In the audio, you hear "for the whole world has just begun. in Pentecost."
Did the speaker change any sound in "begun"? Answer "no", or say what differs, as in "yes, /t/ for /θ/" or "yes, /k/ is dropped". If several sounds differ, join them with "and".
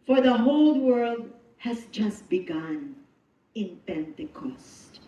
no